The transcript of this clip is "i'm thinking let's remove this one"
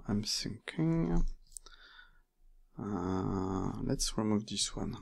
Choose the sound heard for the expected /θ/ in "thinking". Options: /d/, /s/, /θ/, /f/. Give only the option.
/s/